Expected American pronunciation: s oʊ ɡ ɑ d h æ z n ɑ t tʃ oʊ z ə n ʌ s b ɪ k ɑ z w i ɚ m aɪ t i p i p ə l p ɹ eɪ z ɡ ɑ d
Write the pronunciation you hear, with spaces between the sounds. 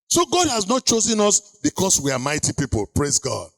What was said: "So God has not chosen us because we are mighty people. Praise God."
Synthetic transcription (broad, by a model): s oʊ ɡ ɑ d h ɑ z n ɑ t tʃ oʊ z ə n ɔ s b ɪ k ɑ s w i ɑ m aɪ t i p i p ə l p ɹ eɪ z ɡ ɑ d